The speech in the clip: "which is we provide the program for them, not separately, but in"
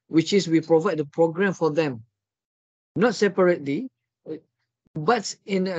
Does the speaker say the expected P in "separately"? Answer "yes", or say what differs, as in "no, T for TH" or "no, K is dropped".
yes